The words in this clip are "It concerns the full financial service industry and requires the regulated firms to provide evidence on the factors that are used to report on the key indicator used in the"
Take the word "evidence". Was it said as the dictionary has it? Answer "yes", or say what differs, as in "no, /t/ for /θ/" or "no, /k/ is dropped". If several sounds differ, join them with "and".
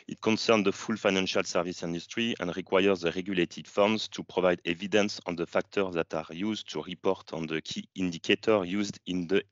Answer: yes